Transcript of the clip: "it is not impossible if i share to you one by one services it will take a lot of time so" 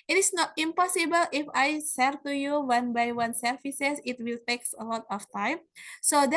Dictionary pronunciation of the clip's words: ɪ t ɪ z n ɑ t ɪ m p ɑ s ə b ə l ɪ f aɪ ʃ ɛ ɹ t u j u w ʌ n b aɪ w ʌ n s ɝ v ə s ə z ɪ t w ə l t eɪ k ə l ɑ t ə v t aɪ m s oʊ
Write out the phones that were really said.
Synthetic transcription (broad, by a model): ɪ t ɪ s n ɑ t ɪ m p ɑ s ə b ə l ɪ f aɪ s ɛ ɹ t u j u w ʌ n b aɪ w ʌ n s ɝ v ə s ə s ɪ t w ə l t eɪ k ə l ɑ t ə f t aɪ m s oʊ